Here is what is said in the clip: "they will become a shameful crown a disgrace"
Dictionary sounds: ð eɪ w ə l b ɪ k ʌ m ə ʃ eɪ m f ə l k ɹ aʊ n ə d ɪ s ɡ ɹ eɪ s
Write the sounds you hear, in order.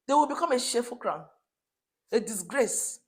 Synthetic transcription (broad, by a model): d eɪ w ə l b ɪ k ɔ m ə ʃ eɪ f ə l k ɹ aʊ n ə d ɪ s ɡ ɹ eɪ s